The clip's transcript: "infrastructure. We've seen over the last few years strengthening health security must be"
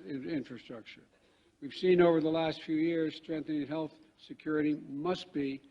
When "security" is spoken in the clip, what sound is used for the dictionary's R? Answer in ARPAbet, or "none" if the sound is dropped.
R